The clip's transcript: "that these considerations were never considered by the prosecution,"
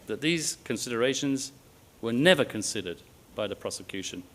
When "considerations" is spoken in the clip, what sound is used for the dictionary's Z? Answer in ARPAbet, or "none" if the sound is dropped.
Z